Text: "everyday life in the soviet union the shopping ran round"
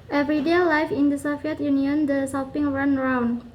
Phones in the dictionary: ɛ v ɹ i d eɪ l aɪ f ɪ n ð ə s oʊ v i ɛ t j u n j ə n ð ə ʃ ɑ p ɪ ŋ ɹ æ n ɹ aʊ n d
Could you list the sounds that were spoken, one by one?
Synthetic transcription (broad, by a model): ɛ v ɹ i d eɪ l aɪ f ɪ n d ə s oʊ f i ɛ t j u n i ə n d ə s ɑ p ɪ ŋ ɹ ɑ n ɹ aʊ n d